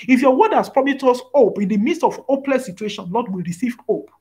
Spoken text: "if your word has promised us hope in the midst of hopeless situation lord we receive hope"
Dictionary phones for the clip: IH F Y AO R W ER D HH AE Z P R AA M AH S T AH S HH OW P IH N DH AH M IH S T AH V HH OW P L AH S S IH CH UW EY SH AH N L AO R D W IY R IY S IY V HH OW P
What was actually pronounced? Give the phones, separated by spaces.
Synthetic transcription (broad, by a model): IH F Y AO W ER D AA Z P R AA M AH T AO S OW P IH N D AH M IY S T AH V OW P L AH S S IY CH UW EY SH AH N L AO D W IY R IY S IY V OW P